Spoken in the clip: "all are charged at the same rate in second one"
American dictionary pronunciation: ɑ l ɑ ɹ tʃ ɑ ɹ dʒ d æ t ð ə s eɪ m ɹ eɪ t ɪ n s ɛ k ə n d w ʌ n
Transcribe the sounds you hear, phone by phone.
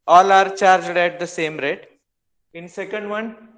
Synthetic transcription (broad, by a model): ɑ l ɑ ɹ tʃ ɑ ɹ dʒ d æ t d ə s eɪ m ɹ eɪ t ɪ n s ɛ k ə n d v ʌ n